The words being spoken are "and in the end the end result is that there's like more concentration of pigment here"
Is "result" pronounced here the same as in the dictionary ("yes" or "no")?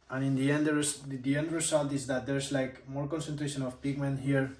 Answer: no